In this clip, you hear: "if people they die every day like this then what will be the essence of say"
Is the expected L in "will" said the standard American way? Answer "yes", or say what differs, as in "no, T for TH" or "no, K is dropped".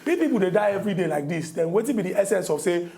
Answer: no, N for L